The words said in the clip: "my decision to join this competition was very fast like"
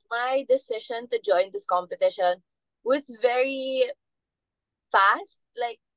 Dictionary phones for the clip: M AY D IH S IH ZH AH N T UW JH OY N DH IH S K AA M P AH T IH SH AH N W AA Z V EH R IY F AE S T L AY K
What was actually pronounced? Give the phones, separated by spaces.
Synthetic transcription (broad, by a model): M AY D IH S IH SH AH N T UW JH OY N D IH S K AA M P AH T IH SH AH N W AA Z V EH R IY F AE S T L AY K